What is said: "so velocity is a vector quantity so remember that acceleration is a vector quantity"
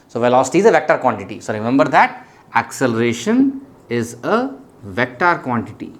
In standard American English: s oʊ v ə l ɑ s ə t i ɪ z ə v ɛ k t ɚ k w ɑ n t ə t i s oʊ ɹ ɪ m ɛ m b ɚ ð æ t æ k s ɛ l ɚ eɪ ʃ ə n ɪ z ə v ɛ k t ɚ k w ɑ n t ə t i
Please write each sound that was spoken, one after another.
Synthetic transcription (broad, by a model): s oʊ v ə l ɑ s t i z ə v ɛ k t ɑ k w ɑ n t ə t i s oʊ ɹ ɪ m ɛ m b ɚ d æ t æ k s ɛ l ɚ eɪ ʃ ə n ɪ z ə v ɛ k t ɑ k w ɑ n t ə t i